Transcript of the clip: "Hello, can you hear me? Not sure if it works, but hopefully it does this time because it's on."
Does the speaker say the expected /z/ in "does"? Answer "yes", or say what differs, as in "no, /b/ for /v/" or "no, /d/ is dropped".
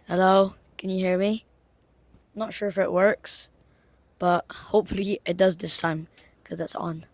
yes